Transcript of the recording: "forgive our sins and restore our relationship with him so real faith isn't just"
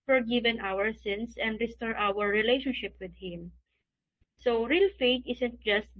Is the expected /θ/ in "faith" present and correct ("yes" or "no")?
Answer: no